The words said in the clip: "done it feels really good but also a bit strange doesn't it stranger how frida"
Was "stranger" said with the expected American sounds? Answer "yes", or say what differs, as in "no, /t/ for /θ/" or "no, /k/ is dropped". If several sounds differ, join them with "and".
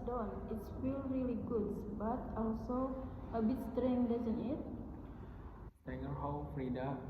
no, /dʒ/ is dropped